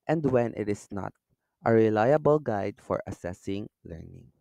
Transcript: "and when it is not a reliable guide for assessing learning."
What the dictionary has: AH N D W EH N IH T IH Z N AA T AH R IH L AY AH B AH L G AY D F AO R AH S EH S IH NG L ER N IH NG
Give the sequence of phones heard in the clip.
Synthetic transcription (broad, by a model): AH N D W EH N IH T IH S N AA T AH R IH L AY AH B AH L G AY D F AO R AH S EH S IH NG L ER N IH NG